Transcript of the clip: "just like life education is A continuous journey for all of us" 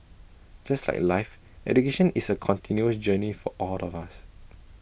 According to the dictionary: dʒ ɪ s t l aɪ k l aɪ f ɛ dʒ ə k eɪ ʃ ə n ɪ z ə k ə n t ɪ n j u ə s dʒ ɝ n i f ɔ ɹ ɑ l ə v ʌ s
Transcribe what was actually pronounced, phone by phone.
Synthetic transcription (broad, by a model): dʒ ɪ s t l aɪ k l aɪ f ɛ dʒ ə k eɪ ʃ ə n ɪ s ə k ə n t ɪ n j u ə s dʒ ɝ n i f ɔ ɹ ɑ l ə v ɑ s